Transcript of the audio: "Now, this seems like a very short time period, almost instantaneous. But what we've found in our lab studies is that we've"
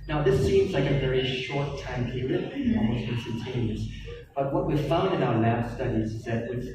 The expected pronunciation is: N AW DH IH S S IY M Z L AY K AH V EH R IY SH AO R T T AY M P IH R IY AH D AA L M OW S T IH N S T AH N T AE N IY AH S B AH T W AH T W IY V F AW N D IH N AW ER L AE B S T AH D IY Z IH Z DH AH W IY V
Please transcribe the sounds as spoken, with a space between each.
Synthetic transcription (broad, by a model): N AW DH IH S S IY M Z L AY K AH V EH R IY SH AO R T T AY M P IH R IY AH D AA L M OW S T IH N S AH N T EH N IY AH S B AH T W AH T W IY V F AW N D IH N AW ER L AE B S T AH D IY Z IH Z DH AH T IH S